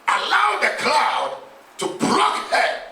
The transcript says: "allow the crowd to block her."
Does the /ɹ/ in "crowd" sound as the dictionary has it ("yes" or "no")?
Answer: no